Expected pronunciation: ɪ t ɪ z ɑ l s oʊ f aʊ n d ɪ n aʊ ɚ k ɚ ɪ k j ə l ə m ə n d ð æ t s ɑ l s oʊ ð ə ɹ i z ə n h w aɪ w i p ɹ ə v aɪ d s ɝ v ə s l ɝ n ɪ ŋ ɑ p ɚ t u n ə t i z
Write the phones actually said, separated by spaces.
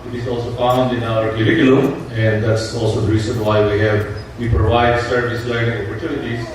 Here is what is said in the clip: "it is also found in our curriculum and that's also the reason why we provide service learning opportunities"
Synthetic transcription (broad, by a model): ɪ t ɪ z ɑ l s oʊ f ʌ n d ɪ n aʊ ɚ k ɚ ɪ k j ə l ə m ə n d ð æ t s ɑ l s oʊ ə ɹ i s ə n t w aɪ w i p ɹ ə v aɪ d s ɝ v ə s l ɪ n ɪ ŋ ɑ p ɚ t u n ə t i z